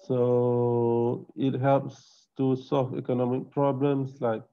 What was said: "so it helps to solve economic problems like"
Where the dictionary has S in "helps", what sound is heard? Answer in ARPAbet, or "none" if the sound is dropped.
S